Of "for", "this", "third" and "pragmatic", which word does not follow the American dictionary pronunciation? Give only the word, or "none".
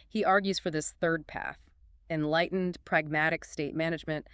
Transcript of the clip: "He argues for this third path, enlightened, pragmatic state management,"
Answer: none